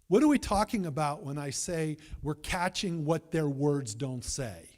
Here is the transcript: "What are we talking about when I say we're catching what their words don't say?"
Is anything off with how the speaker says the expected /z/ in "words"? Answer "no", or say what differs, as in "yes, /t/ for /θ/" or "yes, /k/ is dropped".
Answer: no